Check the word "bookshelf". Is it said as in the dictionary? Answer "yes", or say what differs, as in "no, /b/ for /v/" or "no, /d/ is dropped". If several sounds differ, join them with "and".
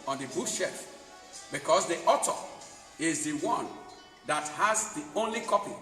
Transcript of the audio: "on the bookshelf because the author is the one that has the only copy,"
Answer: no, /l/ is dropped